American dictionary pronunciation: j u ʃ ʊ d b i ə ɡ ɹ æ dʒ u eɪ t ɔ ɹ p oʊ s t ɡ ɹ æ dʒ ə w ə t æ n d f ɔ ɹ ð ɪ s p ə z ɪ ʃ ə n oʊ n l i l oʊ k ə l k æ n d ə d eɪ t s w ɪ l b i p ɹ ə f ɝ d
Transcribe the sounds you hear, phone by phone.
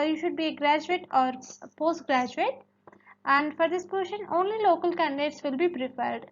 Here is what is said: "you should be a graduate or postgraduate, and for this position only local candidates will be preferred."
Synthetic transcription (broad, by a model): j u ʃ ʊ d b i ə ɡ ɹ æ dʒ u eɪ t ɔ ɹ p oʊ s t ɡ ɹ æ dʒ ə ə t æ n d f ɔ ɹ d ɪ s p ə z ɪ ʃ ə n oʊ n l i l oʊ k ə l k æ n d ə d eɪ t s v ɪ l b i p ɹ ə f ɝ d